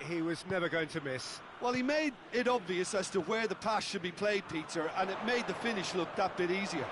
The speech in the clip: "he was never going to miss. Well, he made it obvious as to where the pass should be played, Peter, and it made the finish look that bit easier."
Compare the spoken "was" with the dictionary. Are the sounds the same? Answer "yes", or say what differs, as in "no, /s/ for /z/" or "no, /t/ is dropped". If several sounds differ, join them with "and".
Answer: yes